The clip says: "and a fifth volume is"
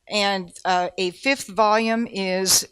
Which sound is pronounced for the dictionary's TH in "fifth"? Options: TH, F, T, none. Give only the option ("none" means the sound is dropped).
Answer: TH